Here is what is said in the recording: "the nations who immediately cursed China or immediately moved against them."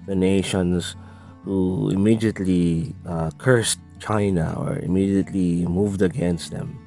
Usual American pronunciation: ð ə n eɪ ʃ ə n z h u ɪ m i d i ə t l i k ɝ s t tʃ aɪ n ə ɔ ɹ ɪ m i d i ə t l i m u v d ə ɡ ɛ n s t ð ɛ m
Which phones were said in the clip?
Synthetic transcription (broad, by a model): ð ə n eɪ ʃ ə n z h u ɪ m i d i ə t l i k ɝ s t tʃ aɪ n ə ɔ ɹ ɪ m i d i ə t l i m u v d ə ɡ ɛ n s t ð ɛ m